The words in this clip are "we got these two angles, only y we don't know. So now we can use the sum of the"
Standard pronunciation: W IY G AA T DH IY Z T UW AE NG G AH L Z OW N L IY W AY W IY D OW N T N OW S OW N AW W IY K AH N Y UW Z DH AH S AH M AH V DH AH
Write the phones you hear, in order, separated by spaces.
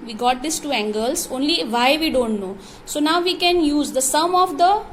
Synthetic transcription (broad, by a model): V IY G AA T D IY S T UW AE NG G AH L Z OW N L IY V AY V IY D OW N T N OW S OW N AW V IY K AH N Y UW Z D AH S AH M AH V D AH